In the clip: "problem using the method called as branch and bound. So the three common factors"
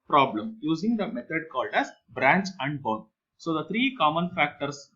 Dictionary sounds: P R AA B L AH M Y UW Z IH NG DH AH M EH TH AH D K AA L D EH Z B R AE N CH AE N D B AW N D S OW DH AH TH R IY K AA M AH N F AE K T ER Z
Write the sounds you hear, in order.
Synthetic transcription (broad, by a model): P R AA B L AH M Y UW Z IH NG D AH M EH T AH D K AA L D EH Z B R AE N CH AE N D B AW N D S OW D AH T R IY K AA M AH N F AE K T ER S